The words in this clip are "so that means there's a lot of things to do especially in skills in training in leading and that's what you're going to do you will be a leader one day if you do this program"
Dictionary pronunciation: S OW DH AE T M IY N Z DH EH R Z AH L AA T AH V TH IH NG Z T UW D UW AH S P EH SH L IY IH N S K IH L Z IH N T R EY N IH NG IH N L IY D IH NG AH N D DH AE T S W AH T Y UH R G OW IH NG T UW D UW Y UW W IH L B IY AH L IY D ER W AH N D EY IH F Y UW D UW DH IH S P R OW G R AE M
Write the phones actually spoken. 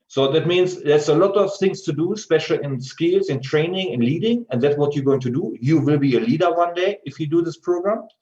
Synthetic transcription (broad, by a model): S OW DH AE T M IY N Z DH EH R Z AH L AA T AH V TH IH NG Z T UW D UW S P EH SH L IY IH N S K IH L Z IH N T R EY N IH NG IH N L IY D IH NG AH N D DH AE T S W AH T Y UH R G OW IH NG T UW D UW Y UW W IH L B IY AH L IY D ER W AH N D EY IH F Y UW D UW DH IH S P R OW G R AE M